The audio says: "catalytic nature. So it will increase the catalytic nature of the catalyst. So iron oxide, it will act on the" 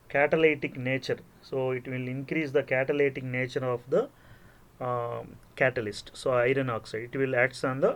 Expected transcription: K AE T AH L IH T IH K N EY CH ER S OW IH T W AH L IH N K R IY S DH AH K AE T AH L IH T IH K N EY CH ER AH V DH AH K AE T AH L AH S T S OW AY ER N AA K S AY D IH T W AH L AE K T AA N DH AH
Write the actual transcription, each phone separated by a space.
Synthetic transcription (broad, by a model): K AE T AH L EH T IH K N EY CH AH S OW IH T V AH L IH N K R IY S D AH K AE T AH L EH T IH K N EY CH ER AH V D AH K AE T AH L AH S T S OW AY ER N AA K S AY D IH T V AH L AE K T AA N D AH